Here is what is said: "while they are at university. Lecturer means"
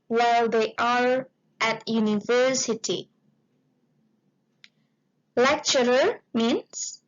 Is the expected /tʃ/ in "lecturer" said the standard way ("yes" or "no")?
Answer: yes